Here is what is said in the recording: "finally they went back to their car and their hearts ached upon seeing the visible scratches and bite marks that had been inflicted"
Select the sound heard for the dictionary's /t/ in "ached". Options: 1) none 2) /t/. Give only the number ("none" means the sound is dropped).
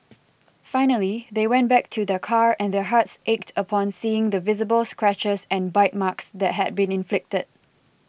2